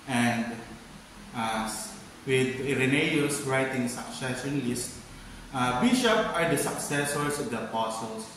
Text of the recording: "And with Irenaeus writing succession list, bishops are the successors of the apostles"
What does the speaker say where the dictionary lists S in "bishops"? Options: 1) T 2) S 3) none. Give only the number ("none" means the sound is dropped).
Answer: 3